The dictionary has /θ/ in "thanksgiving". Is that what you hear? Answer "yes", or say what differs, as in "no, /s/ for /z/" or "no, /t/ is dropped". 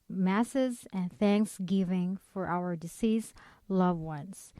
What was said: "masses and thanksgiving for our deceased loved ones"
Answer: yes